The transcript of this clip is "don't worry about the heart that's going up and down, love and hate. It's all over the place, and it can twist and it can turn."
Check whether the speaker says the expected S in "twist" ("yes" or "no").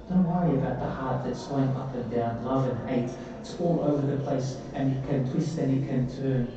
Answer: yes